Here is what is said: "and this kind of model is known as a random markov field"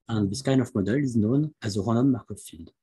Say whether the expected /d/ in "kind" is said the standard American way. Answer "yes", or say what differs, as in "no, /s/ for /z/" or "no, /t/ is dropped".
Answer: no, /d/ is dropped